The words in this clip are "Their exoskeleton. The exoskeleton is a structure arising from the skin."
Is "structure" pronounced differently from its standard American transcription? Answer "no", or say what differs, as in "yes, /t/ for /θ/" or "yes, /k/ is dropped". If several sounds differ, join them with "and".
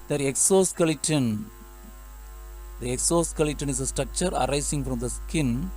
no